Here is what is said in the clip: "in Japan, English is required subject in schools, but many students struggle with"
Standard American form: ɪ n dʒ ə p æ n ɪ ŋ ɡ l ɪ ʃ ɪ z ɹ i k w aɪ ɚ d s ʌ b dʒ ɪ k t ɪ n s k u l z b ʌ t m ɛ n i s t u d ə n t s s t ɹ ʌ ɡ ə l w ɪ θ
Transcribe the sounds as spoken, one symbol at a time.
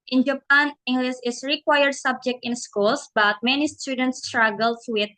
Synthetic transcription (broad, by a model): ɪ n dʒ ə p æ n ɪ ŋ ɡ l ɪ s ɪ s ɹ i k w aɪ ɚ d s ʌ b dʒ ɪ k t ɪ n s k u l s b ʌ t m ɛ n i s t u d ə n t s s t ɹ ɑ ɡ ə l w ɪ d